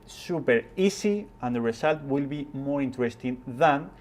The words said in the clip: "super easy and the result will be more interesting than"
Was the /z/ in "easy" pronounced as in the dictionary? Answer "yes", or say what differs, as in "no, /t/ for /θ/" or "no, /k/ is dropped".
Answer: no, /s/ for /z/